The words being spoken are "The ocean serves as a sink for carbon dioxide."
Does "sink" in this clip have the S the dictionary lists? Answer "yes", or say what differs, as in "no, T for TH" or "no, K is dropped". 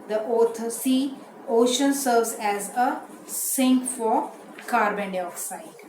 yes